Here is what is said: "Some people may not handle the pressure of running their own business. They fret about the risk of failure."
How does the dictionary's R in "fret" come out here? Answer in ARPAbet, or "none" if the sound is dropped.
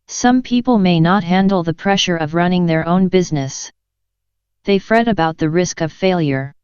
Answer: R